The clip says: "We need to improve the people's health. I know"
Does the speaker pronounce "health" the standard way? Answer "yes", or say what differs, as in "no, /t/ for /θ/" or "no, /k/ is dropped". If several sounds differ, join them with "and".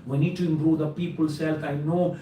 no, /f/ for /θ/